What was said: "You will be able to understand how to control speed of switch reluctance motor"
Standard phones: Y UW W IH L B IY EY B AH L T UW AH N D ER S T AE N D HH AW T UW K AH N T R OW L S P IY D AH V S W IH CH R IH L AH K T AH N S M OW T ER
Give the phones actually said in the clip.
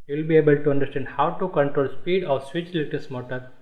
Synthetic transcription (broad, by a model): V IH L B IY EY B AH L T UW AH N D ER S T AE N D HH AW T UW K AH N T R OW L S P IY D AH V S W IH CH L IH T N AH S M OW T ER